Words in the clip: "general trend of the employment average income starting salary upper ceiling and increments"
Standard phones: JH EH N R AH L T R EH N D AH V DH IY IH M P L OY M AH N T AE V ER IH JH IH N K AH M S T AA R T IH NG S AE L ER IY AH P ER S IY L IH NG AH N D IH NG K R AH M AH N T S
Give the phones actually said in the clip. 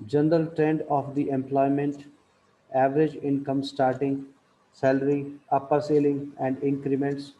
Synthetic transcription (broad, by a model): JH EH N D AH L T R EH N D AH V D IY IH M P L OY M AH N T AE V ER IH JH IH N K AH M S T AA R T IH NG S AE L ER IY AH P ER S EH L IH NG AH N D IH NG K R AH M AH N T S